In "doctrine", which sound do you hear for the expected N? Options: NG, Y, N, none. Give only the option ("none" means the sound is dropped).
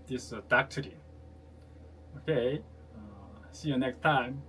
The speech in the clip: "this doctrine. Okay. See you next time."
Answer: none